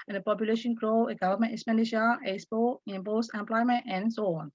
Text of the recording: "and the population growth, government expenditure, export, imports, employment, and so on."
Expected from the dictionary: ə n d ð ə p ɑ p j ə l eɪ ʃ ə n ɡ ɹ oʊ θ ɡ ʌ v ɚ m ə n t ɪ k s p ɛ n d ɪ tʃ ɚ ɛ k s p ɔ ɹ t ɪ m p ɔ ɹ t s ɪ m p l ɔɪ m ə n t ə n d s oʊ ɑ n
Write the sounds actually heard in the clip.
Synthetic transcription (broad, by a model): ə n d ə p ɑ p j ə l eɪ ʃ ə n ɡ ɹ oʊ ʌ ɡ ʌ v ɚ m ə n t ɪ s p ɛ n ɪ ʃ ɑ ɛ s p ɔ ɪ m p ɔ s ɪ m p l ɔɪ m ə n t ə n s oʊ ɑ n